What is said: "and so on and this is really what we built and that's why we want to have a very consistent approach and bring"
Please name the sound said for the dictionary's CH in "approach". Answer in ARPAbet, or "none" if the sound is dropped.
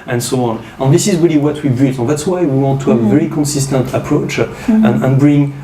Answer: CH